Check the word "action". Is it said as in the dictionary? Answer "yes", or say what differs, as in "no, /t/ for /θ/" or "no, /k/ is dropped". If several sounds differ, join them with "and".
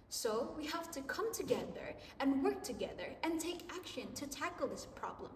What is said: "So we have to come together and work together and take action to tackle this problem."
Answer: yes